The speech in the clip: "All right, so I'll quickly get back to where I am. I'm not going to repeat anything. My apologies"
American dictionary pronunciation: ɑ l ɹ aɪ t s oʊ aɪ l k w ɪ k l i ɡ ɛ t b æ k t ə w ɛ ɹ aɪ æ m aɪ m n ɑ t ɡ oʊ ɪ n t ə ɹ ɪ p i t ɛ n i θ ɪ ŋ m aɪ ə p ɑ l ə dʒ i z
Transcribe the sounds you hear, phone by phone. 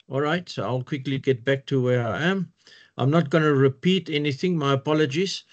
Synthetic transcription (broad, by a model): ɑ l ɹ aɪ t s oʊ aɪ l k w ɪ k l i ɡ ɛ t b æ k t ə w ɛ ɹ aɪ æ m aɪ m n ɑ t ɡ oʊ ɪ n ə ɹ ɪ p i t ɛ n i θ ɪ ŋ m aɪ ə p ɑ l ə dʒ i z